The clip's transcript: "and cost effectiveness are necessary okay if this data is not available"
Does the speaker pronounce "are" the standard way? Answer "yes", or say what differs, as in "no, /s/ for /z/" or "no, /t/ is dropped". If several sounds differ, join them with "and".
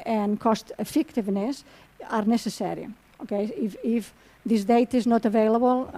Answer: yes